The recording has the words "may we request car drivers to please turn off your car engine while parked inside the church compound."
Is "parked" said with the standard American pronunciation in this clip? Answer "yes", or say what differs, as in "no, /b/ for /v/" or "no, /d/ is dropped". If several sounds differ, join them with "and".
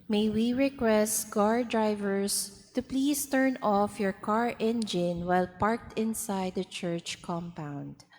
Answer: yes